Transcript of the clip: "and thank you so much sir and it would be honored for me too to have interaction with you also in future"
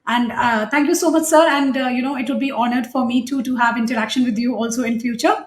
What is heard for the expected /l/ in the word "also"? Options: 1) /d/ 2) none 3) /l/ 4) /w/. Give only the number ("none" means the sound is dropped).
3